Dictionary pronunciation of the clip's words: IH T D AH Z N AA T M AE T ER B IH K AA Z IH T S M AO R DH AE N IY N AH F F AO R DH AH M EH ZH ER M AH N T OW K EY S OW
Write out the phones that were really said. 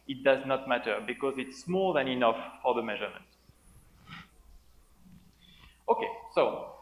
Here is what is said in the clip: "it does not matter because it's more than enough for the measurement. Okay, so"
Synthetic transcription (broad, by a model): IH T D AH Z N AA T M AE T ER B IH K AA Z IH T S M AO L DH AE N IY N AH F F AO R DH AH M EH ZH ER M AH N T OW K EY S OW